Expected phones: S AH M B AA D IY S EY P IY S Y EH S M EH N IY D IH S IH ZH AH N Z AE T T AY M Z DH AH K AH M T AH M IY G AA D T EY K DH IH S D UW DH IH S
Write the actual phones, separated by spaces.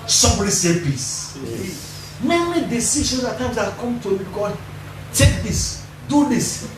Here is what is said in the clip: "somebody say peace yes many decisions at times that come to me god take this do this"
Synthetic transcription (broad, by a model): S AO M B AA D IY S EY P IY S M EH M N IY D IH S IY SH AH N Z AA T T AY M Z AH K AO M T AH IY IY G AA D T EY K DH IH S D UW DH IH S